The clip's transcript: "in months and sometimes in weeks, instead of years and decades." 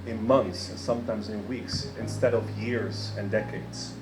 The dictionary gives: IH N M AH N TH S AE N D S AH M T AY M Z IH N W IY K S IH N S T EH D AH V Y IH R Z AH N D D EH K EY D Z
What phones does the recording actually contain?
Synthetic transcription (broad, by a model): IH N M AH N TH S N S AH M T AY M Z IH N W IY K S IH N S T EH D AH V Y IH R Z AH N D D EH K EY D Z